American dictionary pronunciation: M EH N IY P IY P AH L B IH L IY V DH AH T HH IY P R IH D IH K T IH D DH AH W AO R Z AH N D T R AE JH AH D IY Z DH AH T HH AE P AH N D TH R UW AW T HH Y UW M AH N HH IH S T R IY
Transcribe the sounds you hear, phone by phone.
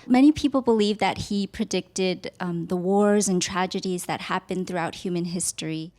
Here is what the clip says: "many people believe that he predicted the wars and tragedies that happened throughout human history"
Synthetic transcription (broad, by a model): M EH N IY P IY P L B IH L IY V DH AH T HH IY P R IH D IH K T IH D DH AH W AO R Z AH N T R AE JH AH D IY Z DH AH T HH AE P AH N TH R UW AW T HH Y UW M AH N HH IH S T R IY